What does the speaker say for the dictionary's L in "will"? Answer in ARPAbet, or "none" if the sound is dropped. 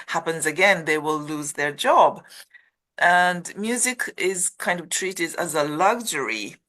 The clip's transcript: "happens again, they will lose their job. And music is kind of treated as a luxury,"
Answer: L